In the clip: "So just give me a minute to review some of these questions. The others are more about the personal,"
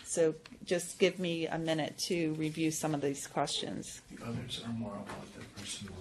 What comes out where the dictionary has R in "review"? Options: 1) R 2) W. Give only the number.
1